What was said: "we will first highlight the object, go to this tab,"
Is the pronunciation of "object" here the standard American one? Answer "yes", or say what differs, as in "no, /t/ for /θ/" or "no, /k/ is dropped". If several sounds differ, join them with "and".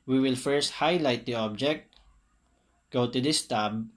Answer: yes